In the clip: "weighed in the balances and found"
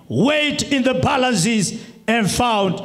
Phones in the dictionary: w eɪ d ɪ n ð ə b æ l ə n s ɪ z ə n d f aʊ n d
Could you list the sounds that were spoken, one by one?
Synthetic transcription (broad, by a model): w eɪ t ɪ n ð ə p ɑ l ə s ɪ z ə n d f aʊ n d